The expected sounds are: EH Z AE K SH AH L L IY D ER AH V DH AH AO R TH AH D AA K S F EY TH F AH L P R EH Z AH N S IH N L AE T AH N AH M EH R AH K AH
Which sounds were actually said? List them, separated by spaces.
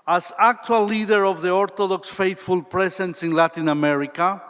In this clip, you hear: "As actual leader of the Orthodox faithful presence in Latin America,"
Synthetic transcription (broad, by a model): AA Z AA K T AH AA L IY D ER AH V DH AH AO R T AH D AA K S F EY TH F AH L P R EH S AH N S IH N L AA T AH N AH M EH R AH K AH